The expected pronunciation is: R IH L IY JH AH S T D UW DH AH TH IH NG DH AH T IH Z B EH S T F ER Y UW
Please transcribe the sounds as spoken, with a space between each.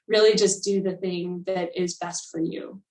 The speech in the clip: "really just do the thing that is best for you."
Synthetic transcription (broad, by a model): R IH L IY JH AH S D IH DH AH TH IH NG DH AH T IH Z B EH S T F ER Y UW